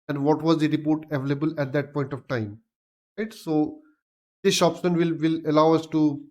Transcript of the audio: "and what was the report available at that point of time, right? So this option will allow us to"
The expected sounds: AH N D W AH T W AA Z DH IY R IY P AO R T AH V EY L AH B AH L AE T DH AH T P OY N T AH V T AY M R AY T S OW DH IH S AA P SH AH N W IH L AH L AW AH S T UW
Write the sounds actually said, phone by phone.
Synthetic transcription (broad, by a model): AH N D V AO T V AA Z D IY R IY P AO R T AH V EY L AH B AH L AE T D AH T P OY N T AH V T AY M R AY T S OW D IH SH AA P S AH N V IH L AH L AW AH S T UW